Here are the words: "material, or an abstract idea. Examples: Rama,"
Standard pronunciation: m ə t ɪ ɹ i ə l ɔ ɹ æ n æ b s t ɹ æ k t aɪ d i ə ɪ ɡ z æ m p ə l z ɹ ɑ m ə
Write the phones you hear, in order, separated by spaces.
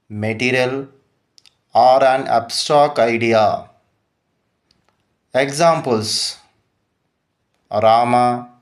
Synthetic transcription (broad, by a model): m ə t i ɹ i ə l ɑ ɹ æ n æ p s t ɔ k aɪ d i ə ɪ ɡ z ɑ m p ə l s ɹ ɑ m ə